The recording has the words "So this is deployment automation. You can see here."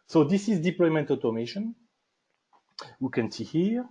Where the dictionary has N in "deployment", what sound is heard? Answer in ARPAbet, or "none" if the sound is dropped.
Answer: N